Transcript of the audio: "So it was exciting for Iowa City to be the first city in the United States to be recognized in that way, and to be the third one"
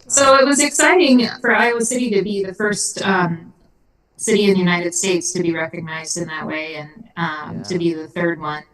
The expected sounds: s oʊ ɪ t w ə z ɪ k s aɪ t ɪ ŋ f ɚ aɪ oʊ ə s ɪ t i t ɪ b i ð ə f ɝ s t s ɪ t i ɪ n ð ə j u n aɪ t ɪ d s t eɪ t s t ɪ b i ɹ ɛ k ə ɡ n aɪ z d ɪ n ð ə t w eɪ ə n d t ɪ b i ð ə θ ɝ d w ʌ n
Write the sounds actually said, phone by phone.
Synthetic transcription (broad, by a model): s oʊ ɪ t w ə z ɪ k s aɪ t ɪ ŋ f ɚ aɪ oʊ ə s ɪ t i t ɪ b i ð ə f ɝ s t s ɪ t i ɪ n ð ə j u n aɪ t ɪ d s t eɪ t s t ɪ b i ɹ ɛ k ə ɡ n aɪ z d ɪ n ð ə t w eɪ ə n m t ɪ b i ð ə θ ɝ d w ʌ n